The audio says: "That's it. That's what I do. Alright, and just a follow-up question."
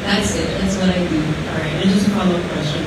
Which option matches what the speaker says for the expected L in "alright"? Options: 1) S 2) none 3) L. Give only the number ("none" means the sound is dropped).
2